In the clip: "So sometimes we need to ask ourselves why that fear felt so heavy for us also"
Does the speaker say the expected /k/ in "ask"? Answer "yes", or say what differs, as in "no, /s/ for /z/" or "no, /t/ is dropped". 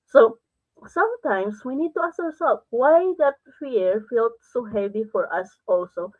no, /k/ is dropped